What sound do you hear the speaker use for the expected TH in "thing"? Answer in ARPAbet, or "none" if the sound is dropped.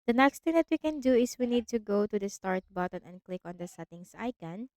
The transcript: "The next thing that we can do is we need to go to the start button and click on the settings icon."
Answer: T